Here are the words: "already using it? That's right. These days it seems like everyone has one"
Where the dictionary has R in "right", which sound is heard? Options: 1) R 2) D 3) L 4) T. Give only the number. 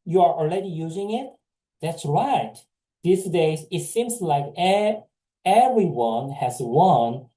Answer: 1